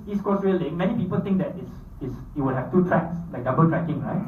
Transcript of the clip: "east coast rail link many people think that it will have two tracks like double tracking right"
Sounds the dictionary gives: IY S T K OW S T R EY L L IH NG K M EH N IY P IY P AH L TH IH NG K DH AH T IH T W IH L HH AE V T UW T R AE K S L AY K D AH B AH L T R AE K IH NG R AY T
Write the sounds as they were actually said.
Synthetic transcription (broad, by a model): IY S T K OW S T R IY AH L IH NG M EH N IY P IY P AH L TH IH NG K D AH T IH T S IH W HH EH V T UW T R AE K S L AY K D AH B AH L T R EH K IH NG R AY T